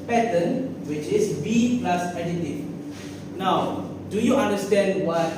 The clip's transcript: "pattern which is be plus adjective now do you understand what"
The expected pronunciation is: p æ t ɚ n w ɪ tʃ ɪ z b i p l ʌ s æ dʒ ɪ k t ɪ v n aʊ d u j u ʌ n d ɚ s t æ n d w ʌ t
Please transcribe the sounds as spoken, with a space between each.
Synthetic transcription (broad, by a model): p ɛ t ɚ n w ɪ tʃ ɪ s b i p l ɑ s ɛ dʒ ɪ t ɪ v n aʊ d u j u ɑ n d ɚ s t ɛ n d w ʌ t